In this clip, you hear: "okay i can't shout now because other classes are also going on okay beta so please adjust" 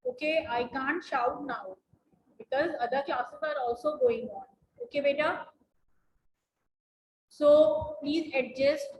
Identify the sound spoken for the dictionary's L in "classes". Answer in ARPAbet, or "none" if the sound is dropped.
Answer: none